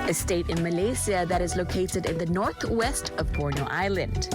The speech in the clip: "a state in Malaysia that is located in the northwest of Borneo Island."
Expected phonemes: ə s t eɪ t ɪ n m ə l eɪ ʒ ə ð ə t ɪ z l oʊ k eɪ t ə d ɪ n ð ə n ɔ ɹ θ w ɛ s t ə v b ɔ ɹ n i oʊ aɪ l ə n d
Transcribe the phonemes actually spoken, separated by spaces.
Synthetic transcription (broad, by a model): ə s t eɪ t ɪ n m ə l eɪ s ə ð ə t ɪ z l oʊ k eɪ t ə d ɪ n ð ə n ɔ ɹ θ w ɛ s t ə v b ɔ ɹ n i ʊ aɪ l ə n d